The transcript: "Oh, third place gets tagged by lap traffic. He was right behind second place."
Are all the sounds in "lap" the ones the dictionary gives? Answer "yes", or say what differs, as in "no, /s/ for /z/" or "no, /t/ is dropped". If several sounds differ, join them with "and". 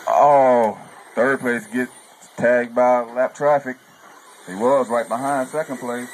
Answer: yes